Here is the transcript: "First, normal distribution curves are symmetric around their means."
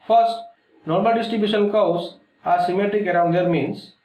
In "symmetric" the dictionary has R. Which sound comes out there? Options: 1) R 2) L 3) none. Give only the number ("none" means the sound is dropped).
1